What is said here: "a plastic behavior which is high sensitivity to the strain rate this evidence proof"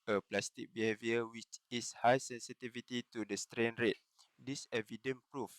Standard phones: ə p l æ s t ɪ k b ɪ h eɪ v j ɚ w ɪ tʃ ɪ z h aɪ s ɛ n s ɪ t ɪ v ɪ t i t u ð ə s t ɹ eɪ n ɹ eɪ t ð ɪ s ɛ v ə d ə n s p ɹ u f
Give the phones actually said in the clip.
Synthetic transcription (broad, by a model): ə p l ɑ s t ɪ k b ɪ h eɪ v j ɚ w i tʃ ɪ s h aɪ s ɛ n s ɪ t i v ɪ t i t u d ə s t ɹ eɪ n ɹ eɪ t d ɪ s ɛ v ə d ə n p ɹ u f